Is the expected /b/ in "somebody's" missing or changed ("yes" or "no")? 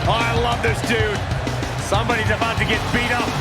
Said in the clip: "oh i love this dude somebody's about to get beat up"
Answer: no